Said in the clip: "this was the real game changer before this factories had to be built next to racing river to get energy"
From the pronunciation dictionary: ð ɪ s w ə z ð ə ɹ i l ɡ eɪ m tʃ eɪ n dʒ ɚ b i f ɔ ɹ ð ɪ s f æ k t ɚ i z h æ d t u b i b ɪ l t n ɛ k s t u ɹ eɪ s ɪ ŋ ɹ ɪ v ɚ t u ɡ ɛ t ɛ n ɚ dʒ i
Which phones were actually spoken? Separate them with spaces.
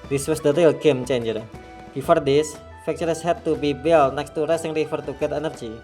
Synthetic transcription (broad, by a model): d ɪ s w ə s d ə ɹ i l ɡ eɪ m tʃ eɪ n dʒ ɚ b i f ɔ ɹ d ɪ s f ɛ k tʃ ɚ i s h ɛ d t u b i b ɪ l n ɛ k s t u ɹ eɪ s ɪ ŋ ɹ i f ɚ t u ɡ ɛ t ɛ n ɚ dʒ i